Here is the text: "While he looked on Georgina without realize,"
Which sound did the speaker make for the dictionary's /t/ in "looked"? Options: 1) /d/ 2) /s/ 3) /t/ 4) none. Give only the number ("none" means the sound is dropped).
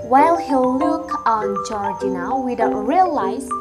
4